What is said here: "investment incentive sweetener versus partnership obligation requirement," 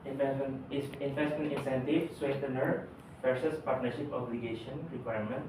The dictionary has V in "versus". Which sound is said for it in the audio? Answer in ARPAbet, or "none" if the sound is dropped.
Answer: F